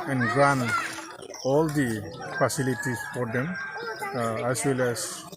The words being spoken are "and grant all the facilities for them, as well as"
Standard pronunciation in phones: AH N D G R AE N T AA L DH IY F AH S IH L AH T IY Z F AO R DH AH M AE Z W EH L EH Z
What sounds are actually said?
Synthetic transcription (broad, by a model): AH N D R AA N AA L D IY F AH S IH L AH T IY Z F AO R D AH M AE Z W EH L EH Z